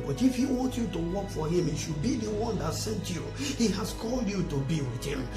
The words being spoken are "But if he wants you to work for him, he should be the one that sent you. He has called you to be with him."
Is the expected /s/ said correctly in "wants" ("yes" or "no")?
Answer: no